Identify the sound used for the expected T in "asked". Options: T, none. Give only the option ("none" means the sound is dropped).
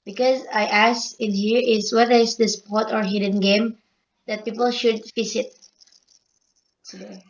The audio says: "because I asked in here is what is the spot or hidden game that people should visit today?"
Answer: none